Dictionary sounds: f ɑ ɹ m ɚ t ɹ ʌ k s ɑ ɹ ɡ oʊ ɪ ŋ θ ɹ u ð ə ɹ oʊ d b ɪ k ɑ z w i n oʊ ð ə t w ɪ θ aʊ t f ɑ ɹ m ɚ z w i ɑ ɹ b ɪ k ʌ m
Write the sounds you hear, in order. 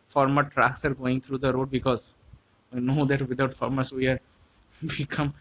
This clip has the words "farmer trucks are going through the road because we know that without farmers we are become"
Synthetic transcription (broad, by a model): f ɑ ɹ m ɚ t ɹ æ k s ɑ ɹ ɡ oʊ ɪ ŋ t ɹ u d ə ɹ oʊ d b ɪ k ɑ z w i n oʊ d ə t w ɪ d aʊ t f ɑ ɹ m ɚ s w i ɑ ɹ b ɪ k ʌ m